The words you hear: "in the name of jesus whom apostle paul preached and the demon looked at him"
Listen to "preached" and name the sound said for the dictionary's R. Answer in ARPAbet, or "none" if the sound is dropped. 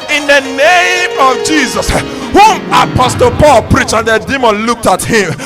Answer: R